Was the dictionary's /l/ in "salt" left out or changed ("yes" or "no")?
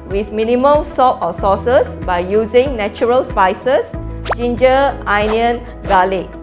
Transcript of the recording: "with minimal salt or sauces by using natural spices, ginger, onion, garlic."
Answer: yes